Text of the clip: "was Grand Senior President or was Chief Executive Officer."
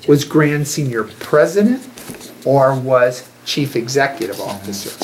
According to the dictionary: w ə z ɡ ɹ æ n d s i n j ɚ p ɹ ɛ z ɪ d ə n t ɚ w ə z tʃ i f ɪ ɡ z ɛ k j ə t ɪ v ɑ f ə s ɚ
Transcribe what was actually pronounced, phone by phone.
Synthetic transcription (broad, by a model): w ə z ɡ ɹ æ n d s i n j ɚ p ɹ ɛ z ɪ d ə n t ɚ w ə z tʃ i f ɪ ɡ z ɛ k j ə t ɪ v ɑ f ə s ɚ